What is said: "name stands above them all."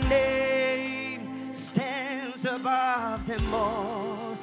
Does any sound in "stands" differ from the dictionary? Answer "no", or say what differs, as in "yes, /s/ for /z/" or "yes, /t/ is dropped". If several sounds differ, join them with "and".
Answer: no